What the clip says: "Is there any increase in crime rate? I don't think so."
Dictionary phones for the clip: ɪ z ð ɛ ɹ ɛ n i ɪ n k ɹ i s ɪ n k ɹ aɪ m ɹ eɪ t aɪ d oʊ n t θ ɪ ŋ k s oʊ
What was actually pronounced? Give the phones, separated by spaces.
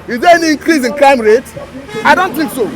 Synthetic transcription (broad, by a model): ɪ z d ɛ ɛ n i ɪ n k ɹ i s ɪ n k l aɪ m ɹ eɪ t aɪ d oʊ n t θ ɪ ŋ k s oʊ